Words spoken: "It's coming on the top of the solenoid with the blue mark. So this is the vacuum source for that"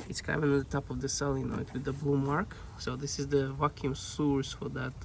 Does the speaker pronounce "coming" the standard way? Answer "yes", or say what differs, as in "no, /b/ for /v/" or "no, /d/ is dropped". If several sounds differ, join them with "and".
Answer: no, /m/ is dropped